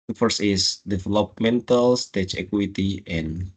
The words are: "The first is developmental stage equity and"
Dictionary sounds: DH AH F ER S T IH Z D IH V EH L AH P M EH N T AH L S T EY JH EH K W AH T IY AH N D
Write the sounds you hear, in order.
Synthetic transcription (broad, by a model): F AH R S IH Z D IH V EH L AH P M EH N T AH L S T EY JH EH K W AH T IY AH N